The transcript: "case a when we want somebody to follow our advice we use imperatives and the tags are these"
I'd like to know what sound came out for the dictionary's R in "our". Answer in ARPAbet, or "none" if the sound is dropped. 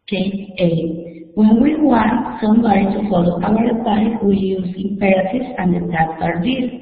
W